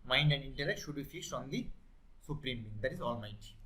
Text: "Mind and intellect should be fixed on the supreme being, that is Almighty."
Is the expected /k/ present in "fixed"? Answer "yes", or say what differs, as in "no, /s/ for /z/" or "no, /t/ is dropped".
no, /k/ is dropped